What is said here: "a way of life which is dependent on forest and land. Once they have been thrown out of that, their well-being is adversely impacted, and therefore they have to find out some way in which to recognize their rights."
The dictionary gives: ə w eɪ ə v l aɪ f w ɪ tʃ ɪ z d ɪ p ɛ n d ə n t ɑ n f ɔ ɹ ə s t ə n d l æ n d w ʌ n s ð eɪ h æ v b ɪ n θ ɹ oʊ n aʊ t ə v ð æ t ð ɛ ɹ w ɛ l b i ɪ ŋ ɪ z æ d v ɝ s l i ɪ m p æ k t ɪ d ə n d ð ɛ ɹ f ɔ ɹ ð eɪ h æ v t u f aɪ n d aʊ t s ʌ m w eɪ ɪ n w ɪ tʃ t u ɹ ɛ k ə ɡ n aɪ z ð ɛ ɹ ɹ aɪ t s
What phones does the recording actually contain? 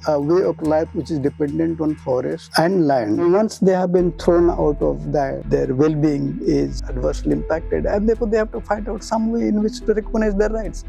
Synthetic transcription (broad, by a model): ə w eɪ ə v l aɪ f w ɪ tʃ ɪ z d ɪ p ɛ n d ə n t ɑ n f ɔ ɹ ə s t ə n d l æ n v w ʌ n s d eɪ h æ v b ɪ n t ɹ oʊ n aʊ t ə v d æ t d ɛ ɹ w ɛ l b i ɪ ŋ ɪ z æ d v ɝ s l i ɪ m p æ k t ɪ d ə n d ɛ ɹ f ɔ ɹ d eɪ h æ v t u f aɪ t aʊ t s ʌ m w eɪ ɪ n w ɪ tʃ t u ɹ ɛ k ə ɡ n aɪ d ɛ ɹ ɹ aɪ t s